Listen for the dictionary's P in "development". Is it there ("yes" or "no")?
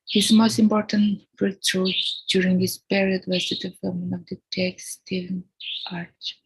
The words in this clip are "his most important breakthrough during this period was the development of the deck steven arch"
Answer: no